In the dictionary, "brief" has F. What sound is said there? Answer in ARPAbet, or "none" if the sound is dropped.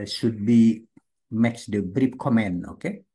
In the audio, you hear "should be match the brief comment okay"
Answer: P